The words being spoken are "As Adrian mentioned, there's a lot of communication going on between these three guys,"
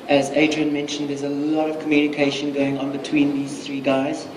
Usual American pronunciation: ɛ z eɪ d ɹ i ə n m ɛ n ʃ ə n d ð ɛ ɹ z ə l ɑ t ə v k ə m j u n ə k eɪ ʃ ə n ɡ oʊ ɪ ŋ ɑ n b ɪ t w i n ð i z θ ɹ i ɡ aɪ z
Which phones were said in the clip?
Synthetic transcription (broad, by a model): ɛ z eɪ d ɹ i ə n m ɛ n ʃ ə n d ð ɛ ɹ z ə l ɑ t ə v k ə m j u n ə k eɪ ʃ ə n ɡ oʊ ɪ ŋ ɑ n b ɪ t w i n ð i z θ ɹ i ɡ aɪ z